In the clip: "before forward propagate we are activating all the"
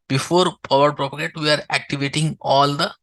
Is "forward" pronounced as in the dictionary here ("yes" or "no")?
no